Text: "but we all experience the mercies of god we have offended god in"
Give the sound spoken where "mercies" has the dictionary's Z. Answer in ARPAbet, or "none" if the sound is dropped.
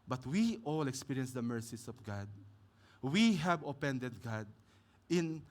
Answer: S